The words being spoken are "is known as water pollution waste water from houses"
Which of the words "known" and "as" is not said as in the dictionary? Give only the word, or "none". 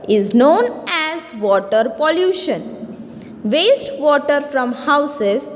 none